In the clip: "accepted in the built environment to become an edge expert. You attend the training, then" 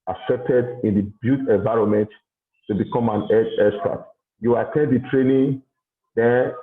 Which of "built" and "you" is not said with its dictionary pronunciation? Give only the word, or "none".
built